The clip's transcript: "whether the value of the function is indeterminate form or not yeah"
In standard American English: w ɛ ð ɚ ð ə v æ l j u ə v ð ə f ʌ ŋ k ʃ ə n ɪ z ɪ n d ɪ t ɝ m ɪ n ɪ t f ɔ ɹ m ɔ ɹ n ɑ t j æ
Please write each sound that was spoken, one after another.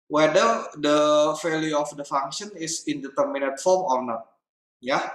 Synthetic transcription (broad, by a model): w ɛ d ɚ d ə f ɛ l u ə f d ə f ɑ ŋ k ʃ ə n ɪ s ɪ n d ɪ t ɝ m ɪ n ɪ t f ɔ ɹ m ɔ ɹ n ɑ t j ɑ